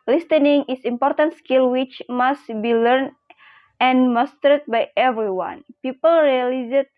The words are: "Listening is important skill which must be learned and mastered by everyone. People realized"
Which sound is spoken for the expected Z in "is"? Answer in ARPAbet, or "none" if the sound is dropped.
S